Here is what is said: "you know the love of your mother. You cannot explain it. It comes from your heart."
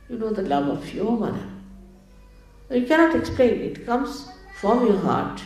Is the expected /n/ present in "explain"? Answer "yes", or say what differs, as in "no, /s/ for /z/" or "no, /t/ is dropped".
no, /n/ is dropped